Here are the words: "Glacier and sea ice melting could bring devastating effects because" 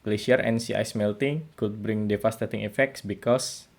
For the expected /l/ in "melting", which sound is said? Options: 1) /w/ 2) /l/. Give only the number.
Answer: 2